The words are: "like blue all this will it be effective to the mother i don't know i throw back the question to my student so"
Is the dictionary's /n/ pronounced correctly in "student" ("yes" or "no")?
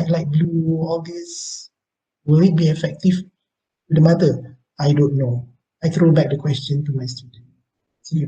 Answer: no